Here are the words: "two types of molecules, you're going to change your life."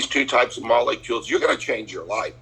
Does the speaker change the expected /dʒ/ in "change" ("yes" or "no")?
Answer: no